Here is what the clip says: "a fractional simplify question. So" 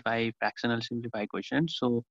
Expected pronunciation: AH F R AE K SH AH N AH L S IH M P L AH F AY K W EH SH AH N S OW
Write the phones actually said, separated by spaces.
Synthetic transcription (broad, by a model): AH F R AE K S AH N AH L S IH M P L AH F AY K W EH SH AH N S OW